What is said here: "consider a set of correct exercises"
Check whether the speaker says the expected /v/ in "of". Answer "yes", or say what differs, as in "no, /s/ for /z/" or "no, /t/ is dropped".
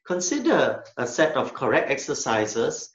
no, /f/ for /v/